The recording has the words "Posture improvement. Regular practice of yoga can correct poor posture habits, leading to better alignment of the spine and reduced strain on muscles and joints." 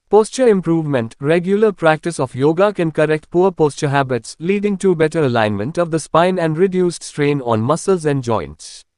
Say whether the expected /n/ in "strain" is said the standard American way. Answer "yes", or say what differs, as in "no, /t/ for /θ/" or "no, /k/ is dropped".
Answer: yes